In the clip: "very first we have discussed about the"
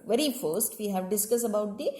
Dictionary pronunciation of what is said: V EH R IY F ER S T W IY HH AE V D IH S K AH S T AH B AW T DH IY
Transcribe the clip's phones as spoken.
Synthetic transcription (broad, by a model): V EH R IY F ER S T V IY HH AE V D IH S K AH S AH B AW T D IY